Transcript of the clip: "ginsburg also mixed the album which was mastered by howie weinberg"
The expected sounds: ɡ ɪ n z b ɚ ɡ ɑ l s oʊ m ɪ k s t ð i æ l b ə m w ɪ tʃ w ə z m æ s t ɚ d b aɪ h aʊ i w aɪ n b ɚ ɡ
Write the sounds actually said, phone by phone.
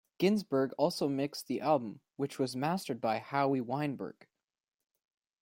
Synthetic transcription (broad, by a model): ɡ ɪ n z b ɚ ɡ ɑ l s oʊ m ɪ k s ð i æ l b ə m w ɪ tʃ w ə z m æ s t ɚ d b aɪ h aʊ i w aɪ n b ɚ ɡ